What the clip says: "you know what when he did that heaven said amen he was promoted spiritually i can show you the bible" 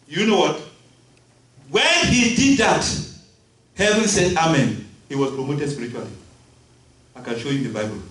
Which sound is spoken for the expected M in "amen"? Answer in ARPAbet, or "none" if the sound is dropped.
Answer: M